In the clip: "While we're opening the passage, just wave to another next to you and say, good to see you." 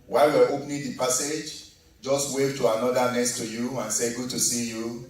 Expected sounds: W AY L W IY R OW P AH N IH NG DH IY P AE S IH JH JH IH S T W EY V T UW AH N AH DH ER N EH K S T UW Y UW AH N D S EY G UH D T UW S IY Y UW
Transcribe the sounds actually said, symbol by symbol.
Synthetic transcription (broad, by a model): W AY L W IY W OW P N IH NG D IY P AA S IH JH JH IH S T W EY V T UW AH N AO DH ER N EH S T UW Y UW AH N S EY G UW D T UW S IY Y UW